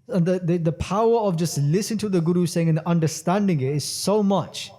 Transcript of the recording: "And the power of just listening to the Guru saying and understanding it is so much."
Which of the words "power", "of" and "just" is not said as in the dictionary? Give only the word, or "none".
none